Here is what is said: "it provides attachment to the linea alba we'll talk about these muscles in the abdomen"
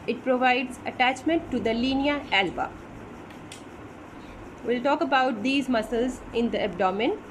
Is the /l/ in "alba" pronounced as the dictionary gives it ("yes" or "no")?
yes